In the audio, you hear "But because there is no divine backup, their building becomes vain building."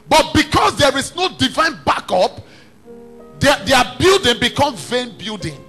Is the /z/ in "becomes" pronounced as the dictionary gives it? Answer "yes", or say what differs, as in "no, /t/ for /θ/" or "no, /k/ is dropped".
no, /z/ is dropped